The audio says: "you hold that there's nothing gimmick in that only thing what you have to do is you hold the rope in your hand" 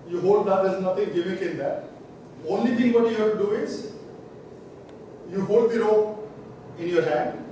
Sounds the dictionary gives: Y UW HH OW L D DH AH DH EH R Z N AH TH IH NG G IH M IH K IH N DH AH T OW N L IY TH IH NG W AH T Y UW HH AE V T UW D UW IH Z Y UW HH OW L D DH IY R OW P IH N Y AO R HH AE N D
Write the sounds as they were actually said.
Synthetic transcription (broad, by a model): Y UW HH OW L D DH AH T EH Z N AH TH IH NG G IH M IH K IH N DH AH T OW N L IY T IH NG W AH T Y UW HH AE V T UW D UW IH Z Y UW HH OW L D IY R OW IH N Y AO R HH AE N D